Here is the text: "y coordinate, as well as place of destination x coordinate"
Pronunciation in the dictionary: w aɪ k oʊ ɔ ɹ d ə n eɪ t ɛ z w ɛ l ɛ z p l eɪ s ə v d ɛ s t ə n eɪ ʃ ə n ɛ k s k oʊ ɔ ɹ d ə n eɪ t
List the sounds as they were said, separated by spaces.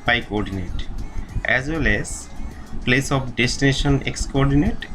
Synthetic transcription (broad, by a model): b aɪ k oʊ ɔ ɹ d ə n eɪ t ɛ z w ɛ l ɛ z p l eɪ s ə p d ɛ s t ə n eɪ ʃ ə n ɛ k s k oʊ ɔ ɹ d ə n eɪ t